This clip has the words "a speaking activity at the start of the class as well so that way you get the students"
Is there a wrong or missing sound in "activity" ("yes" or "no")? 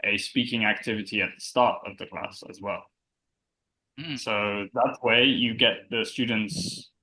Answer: no